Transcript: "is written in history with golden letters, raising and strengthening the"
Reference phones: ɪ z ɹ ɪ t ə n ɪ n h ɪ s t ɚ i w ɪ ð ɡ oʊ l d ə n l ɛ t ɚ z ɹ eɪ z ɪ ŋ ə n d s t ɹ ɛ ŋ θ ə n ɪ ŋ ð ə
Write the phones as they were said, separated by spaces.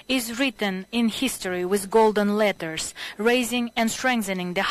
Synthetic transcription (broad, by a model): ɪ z ɹ ɪ t ə n ɪ n h ɪ s t ɚ i w ɪ ð ɡ oʊ l d ə n l ɛ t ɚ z ɹ eɪ z ɪ ŋ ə n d s t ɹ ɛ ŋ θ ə n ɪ ŋ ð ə